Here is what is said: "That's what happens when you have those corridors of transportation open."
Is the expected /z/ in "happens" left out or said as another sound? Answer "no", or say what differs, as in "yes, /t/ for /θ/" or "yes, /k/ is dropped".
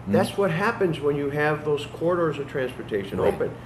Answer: no